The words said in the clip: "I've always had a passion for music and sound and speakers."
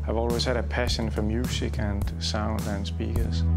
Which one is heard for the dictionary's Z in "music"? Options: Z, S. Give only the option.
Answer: S